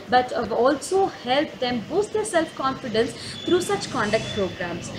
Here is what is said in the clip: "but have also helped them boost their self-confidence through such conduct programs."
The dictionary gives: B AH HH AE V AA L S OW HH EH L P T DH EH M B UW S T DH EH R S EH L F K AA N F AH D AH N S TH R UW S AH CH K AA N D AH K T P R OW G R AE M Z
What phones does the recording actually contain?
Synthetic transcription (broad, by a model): B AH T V AA L S OW HH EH L P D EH M B UW S T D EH R S EH L F K AA N F AH D AH N S T R UW S AH CH K AA N D AH K T P R OW G R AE M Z